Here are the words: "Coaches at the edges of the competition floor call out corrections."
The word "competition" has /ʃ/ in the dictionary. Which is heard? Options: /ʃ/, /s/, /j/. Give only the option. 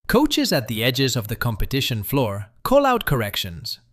/ʃ/